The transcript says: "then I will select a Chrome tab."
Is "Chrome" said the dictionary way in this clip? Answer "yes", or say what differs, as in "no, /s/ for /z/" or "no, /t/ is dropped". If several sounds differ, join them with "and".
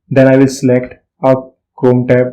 no, /ɹ/ is dropped